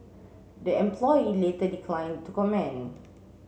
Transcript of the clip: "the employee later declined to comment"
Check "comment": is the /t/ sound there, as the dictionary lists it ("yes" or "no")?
no